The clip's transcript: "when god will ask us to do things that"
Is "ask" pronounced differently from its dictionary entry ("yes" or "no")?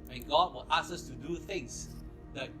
yes